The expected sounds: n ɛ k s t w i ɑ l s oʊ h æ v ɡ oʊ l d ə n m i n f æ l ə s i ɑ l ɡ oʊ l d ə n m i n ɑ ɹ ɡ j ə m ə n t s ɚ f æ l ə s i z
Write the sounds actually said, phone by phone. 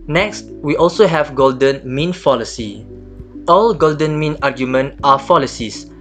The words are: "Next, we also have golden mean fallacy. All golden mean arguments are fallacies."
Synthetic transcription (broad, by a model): n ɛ k s t w i ɑ l s oʊ h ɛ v ɡ oʊ l d ə n m i n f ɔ l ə s i ɑ l ɡ oʊ l d ə n m i n ɑ ɡ j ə m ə n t ɑ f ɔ l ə s i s